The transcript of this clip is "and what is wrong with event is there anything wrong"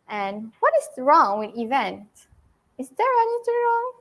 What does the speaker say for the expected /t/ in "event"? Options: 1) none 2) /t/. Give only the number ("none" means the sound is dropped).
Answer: 2